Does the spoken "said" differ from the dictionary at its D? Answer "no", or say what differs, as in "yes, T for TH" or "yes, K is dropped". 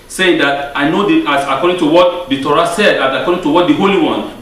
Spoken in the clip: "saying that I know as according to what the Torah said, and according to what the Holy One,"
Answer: no